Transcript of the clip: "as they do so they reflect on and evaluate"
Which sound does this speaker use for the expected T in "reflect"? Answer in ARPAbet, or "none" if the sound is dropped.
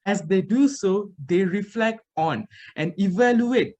T